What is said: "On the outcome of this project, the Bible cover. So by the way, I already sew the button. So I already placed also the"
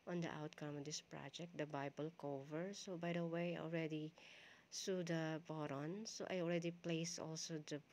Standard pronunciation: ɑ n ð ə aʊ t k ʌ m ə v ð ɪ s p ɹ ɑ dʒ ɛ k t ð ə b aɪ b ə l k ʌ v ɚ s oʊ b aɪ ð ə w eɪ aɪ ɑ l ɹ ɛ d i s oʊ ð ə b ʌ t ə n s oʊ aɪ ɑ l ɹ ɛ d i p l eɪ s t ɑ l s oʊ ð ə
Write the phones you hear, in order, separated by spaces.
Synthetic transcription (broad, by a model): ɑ n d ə aʊ t k ʌ m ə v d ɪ s p ɹ ɑ dʒ ɛ k t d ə b aɪ b ə l k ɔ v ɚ s oʊ b aɪ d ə w eɪ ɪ ɑ l ɹ ɛ d i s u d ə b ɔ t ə n s oʊ aɪ ɑ l ɹ ɛ d i p l eɪ s ɑ l s oʊ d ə